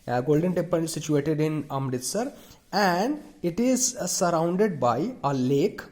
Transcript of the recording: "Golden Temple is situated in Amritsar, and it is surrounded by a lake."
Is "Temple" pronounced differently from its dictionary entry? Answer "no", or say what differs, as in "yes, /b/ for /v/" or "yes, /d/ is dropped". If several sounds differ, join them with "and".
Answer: yes, /m/ is dropped and /n/ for /l/